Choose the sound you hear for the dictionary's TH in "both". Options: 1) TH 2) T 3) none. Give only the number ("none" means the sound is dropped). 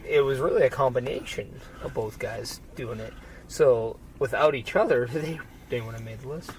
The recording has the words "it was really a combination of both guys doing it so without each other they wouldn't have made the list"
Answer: 1